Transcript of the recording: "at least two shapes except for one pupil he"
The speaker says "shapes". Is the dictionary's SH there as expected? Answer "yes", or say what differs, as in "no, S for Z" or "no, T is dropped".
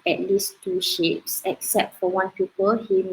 yes